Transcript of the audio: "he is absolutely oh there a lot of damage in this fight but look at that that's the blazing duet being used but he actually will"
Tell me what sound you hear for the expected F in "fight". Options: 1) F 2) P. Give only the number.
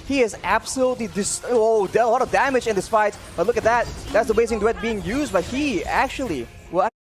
2